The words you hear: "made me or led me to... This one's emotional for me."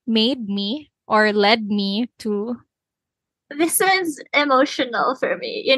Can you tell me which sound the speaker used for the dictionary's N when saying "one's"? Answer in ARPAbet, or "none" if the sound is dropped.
none